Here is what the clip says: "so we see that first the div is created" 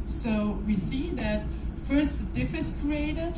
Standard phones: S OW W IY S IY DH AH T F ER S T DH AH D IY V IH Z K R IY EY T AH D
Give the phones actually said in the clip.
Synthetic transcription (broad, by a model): S OW W IY S IY DH AH T F ER S T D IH F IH S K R IY EY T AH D